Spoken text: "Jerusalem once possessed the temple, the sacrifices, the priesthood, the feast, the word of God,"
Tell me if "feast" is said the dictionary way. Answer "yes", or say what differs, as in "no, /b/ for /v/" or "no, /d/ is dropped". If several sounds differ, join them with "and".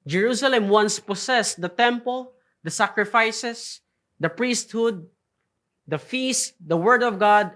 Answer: yes